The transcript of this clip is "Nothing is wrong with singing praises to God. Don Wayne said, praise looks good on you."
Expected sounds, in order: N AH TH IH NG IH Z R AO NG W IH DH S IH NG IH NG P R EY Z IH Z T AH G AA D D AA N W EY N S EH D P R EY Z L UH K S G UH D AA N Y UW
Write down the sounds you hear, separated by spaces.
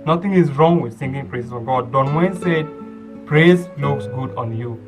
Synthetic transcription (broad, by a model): N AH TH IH NG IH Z R AO NG W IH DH TH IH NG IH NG P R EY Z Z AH G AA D D AA N W EY N S EH D P R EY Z L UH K S G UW D AA N Y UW